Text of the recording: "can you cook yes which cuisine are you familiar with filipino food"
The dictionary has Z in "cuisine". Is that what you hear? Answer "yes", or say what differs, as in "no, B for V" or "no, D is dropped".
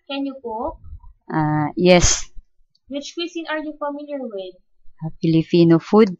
no, S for Z